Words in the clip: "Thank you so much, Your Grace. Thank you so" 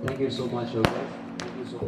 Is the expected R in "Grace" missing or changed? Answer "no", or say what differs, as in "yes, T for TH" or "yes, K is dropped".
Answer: yes, R is dropped